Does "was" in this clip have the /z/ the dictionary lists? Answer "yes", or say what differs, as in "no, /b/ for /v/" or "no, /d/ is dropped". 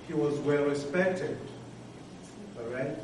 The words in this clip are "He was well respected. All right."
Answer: yes